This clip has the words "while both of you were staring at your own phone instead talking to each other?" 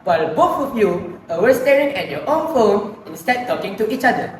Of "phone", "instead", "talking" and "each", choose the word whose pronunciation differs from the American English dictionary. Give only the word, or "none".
none